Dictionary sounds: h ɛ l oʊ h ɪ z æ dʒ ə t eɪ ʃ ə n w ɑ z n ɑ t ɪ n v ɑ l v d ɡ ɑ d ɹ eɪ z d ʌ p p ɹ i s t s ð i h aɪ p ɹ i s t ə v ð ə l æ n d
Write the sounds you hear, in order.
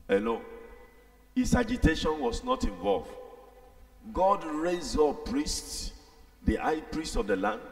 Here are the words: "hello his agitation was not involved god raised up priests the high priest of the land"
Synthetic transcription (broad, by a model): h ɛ l oʊ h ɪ s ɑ dʒ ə t eɪ ʃ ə n w ɑ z n ɑ t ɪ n v ɑ l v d ɡ ɑ d ɹ eɪ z ɔ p p ɹ i s t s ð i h aɪ p ɹ i s t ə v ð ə l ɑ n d